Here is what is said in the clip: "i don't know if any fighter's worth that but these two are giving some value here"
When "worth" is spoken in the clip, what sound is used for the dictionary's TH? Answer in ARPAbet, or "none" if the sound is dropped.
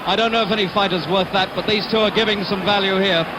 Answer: TH